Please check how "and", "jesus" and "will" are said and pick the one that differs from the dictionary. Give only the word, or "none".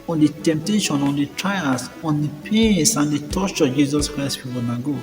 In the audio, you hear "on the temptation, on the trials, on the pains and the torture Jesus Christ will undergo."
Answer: will